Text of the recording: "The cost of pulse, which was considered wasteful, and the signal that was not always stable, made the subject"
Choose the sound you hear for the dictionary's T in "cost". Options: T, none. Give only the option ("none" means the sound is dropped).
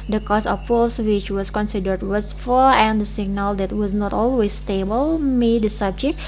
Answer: none